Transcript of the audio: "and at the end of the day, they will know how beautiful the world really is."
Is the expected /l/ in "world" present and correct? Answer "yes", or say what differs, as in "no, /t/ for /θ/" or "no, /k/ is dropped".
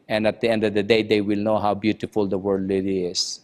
no, /l/ is dropped